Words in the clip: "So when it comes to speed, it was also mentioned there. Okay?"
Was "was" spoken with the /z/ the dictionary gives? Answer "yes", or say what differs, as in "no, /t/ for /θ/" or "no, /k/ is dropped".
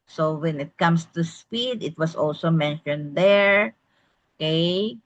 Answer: no, /s/ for /z/